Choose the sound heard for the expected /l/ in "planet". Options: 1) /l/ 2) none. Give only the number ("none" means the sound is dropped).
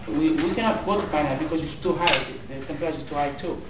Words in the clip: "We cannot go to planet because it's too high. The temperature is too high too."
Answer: 2